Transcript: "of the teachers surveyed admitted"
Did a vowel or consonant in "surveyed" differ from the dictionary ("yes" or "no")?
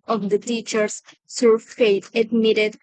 yes